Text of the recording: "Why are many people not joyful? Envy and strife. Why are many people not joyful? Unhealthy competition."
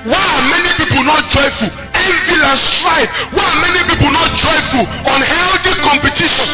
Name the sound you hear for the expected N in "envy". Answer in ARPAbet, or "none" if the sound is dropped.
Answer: none